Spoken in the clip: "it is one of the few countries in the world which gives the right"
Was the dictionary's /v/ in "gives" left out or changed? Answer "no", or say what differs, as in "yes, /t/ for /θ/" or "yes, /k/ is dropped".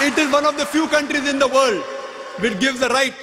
no